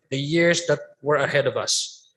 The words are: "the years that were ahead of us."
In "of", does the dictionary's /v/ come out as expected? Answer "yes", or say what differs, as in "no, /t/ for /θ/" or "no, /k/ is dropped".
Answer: yes